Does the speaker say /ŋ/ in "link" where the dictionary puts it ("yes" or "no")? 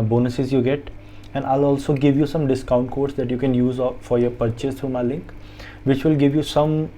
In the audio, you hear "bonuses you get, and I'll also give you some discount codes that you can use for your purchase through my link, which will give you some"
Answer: yes